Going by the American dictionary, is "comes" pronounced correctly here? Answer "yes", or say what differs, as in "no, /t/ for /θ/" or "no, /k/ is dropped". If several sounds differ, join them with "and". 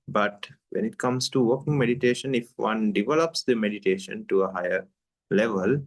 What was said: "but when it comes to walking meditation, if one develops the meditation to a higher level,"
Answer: no, /s/ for /z/